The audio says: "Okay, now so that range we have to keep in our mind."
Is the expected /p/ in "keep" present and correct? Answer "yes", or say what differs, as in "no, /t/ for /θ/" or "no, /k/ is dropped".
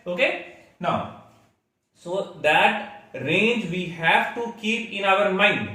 yes